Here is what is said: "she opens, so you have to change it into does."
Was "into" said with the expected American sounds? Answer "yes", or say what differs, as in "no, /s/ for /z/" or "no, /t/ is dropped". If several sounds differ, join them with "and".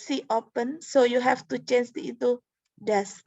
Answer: no, /n/ is dropped